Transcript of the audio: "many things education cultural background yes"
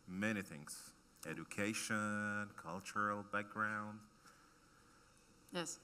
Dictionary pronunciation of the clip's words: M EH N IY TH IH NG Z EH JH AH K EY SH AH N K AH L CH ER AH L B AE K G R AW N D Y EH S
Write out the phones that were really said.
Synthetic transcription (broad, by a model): M EH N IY TH IH NG Z EH JH AH K EY SH AH N K AH L CH ER L B AE K G R AW N D Y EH S